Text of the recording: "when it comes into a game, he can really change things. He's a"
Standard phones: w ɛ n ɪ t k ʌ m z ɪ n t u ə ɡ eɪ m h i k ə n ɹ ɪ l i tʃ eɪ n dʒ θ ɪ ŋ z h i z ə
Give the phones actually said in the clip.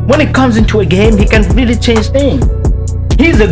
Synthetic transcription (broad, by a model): w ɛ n ɪ t k ʌ m z ɪ n t u ə ɡ eɪ m h i k ə n ɹ ɪ l i tʃ eɪ n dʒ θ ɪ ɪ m h i z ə